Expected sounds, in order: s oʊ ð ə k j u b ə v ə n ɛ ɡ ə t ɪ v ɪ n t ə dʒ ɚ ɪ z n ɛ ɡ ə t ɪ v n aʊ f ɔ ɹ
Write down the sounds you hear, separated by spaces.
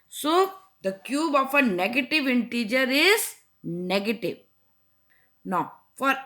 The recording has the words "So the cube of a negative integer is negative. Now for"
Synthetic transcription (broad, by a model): s oʊ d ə k j u b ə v ə n ɛ ɡ ə t ɪ v ɪ n t ə dʒ ɚ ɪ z n ɛ ɡ ə t ɪ v n aʊ f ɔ ɹ